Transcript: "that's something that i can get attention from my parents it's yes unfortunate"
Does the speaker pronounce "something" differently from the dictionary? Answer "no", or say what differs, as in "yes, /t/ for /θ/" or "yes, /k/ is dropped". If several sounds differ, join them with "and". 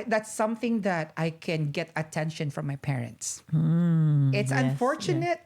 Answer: no